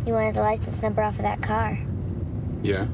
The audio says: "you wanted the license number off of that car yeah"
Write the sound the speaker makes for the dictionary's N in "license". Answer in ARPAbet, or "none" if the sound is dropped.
none